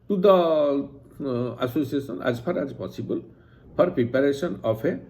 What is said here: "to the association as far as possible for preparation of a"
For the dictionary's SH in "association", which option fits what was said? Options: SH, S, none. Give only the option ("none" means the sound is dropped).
S